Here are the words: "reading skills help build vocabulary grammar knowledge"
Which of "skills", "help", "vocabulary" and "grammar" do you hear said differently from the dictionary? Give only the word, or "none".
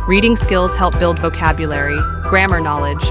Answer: none